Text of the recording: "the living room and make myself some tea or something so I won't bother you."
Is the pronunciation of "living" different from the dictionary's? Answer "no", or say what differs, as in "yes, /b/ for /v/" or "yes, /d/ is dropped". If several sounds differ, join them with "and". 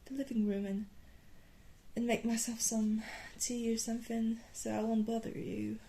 no